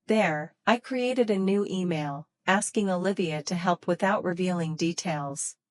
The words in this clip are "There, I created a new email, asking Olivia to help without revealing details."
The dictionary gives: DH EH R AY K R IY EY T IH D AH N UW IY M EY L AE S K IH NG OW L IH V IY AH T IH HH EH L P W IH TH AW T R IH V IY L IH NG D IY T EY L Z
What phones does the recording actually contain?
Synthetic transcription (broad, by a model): DH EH R AY K R IY EY T IH D AH N UW IY M EY L AE S K IH NG OW L IH V IY AH T IH HH EH L P W IH TH AW T R IH V IY L IH NG D IY T EY L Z